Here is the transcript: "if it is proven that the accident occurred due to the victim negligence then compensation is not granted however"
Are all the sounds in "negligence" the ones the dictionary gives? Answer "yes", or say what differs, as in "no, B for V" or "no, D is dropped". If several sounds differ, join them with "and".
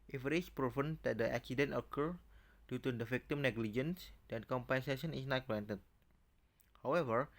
yes